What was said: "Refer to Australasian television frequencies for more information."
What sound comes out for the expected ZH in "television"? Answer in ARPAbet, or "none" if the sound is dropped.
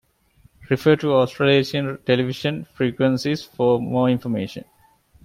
SH